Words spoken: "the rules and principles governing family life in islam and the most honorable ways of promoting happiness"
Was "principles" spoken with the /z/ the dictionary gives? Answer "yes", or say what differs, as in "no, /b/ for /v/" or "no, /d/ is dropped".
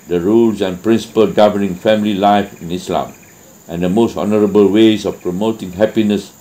no, /z/ is dropped